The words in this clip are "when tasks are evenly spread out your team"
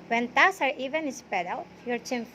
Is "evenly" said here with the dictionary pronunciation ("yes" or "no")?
no